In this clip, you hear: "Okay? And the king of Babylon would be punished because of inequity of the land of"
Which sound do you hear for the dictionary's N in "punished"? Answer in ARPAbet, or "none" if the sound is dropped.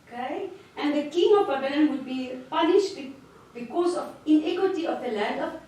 L